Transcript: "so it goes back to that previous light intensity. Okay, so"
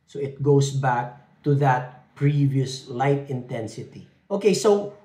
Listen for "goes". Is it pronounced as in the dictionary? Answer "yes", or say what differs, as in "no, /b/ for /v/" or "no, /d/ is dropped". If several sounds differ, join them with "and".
no, /s/ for /z/